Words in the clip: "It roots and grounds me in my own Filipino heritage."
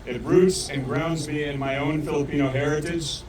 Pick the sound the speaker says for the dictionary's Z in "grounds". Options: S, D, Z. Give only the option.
Z